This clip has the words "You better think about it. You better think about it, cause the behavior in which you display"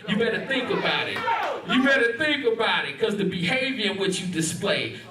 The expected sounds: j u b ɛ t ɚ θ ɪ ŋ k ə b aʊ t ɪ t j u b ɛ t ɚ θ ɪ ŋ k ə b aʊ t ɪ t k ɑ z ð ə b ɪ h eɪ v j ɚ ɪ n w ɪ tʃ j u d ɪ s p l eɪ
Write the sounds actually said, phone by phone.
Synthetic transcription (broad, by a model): j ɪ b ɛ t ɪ θ ɪ ŋ k ə b aʊ t ɪ t j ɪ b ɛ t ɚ θ ɪ ŋ k ə b aʊ t ɪ t k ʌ z ð ə b ɪ h eɪ v j ɚ ɪ n w ɪ tʃ j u d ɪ s p l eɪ